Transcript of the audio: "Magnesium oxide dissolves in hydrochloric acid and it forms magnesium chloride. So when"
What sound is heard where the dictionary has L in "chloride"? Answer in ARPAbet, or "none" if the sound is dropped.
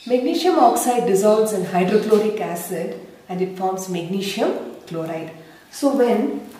L